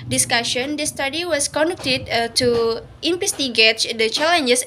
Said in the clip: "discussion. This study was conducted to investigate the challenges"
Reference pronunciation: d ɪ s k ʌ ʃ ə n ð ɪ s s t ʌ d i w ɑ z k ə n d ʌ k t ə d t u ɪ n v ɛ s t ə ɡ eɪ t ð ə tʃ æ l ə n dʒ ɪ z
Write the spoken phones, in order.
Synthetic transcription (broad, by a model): d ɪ s k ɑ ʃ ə n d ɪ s s t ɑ d i w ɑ s k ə n d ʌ k t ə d t u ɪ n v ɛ s t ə ɡ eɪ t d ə tʃ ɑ l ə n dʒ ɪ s